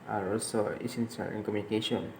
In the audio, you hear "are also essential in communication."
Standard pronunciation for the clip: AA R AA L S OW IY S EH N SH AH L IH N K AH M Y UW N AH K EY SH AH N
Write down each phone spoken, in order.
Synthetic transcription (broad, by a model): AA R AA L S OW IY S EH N S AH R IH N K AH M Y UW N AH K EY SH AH N